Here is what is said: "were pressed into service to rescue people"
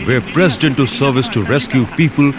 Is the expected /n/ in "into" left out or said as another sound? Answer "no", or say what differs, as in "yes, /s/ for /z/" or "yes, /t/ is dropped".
no